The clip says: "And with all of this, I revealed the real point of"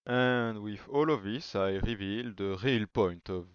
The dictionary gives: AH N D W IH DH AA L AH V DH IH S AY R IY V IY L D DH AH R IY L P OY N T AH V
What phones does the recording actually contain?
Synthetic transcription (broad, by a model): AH N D W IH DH AA L AH V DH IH S AY R IY V IY L D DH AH R IY L P OY N T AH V